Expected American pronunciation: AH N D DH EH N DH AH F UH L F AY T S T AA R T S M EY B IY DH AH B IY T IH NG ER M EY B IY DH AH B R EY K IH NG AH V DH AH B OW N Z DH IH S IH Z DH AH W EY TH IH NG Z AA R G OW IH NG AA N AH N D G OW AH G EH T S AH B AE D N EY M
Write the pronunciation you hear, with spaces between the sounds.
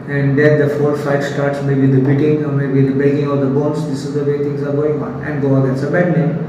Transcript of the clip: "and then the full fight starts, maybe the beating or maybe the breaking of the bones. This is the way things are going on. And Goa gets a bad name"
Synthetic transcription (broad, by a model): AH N D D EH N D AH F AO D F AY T S T AA R T S M EY B IY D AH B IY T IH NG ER M EY B IY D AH B EY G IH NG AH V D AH B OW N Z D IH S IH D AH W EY T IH NG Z AA R G OW IH NG AA N AH N D G OW AH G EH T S AH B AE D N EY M